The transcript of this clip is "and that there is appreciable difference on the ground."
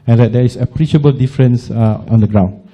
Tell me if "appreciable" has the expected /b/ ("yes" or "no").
yes